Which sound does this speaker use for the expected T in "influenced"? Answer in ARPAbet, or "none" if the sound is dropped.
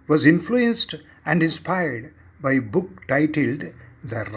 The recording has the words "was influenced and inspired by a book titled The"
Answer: T